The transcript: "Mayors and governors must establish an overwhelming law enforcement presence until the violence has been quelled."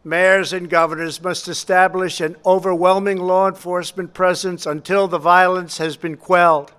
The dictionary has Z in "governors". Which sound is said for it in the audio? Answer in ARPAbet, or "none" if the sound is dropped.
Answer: Z